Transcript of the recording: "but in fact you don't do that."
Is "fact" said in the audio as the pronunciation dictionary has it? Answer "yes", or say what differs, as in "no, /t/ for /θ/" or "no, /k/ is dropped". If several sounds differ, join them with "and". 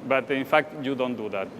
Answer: yes